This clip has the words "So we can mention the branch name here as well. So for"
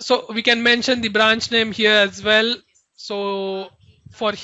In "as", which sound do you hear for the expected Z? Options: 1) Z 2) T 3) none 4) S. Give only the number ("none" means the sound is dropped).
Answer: 1